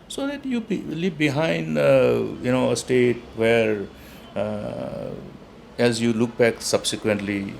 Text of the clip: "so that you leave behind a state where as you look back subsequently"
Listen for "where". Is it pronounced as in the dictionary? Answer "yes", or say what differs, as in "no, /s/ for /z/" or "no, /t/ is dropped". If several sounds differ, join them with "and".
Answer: yes